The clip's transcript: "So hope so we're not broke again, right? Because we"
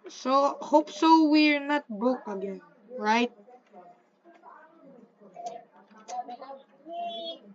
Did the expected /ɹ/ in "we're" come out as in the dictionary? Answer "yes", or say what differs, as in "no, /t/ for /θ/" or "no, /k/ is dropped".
yes